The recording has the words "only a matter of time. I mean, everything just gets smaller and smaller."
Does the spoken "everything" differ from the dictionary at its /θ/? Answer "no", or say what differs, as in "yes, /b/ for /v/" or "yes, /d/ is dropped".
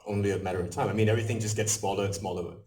no